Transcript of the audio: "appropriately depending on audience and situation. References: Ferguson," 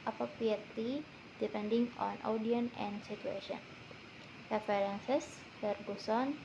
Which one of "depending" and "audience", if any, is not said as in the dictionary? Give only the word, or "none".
audience